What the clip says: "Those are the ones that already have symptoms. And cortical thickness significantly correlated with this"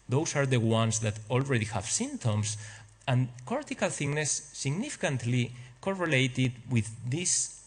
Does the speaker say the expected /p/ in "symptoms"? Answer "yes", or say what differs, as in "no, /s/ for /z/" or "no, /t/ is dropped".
no, /p/ is dropped